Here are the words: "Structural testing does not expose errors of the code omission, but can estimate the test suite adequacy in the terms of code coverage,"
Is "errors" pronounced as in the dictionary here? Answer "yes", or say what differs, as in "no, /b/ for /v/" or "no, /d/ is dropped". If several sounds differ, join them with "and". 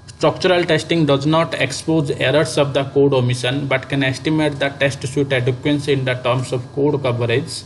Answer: no, /s/ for /z/